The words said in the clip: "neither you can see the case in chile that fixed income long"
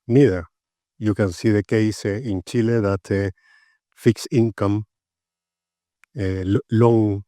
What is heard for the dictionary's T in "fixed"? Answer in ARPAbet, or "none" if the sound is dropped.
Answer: none